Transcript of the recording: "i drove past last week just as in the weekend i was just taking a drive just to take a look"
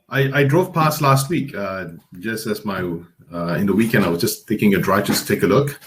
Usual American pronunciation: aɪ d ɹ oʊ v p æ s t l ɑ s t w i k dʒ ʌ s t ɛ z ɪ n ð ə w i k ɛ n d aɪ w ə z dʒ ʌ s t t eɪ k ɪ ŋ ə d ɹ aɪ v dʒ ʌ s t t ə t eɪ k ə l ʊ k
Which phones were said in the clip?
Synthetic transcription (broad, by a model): aɪ d ɹ oʊ v p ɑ s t l ɑ s t w i k dʒ ʌ s t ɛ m ɪ n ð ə w i k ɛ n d aɪ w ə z dʒ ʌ s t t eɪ k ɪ ŋ ə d ɹ aɪ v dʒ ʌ s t t ə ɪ k ə l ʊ k